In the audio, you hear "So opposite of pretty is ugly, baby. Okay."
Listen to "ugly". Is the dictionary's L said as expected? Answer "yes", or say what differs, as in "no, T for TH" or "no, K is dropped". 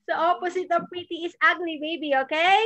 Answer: no, N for L